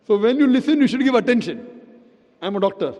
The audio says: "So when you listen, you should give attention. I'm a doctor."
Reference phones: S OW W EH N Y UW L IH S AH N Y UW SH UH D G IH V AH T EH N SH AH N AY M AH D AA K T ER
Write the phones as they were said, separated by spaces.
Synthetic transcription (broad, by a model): S OW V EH N Y UW L IH S AH N Y UW SH UH D G IH V AH T EH N SH AH N AY M AH D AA K T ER